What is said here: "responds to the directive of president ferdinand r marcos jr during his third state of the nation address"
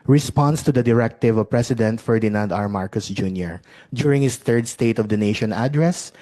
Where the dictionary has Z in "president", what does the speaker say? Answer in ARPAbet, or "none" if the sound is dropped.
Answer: S